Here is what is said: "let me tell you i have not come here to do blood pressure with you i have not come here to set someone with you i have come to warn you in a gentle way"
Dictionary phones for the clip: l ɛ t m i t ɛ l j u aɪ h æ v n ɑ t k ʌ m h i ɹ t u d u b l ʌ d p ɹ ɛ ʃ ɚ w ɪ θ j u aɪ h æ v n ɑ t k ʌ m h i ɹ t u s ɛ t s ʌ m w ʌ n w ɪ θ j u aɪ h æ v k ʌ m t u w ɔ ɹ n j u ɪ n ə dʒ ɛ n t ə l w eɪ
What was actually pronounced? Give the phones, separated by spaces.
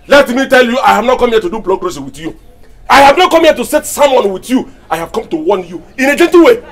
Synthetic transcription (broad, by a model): l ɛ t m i t ɛ l j u aɪ h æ v n ɑ t k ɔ m h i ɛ t u d u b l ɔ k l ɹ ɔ s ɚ w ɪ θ j u aɪ h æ v n ɑ t k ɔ m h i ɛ t u s ɛ t s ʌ m w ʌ n w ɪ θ j u aɪ h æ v k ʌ m t u w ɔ n j u ɪ n ə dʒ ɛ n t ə w eɪ